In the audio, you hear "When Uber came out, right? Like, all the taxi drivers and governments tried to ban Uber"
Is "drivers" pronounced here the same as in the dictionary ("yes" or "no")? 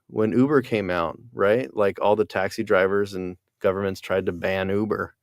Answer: yes